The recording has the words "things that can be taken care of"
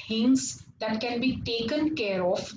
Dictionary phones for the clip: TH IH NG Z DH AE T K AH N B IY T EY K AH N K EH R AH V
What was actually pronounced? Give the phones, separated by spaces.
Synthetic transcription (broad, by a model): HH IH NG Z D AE T K AH N B IY T EY K AH N K EH R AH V